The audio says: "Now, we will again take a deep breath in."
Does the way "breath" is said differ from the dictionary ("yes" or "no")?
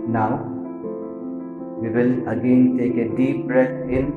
yes